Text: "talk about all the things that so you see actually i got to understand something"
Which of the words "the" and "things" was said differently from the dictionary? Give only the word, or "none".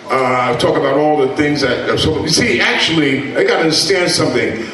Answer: none